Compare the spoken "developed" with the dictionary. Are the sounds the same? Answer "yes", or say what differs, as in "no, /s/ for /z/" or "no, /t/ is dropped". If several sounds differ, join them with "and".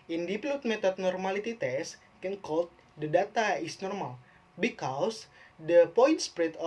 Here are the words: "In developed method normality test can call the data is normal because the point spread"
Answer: no, /p/ is dropped